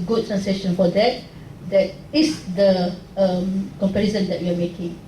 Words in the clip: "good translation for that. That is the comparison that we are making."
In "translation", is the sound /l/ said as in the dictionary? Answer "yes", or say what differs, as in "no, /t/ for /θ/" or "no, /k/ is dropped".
no, /l/ is dropped